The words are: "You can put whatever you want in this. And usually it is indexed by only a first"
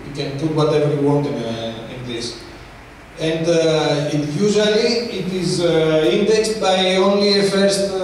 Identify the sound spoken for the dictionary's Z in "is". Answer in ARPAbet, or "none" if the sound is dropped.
Z